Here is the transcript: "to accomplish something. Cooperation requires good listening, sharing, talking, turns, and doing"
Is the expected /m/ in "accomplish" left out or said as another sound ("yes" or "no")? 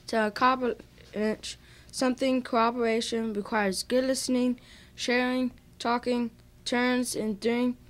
yes